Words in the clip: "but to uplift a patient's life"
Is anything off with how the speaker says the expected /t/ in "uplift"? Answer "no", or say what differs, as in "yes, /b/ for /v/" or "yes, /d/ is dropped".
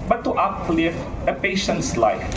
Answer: yes, /t/ is dropped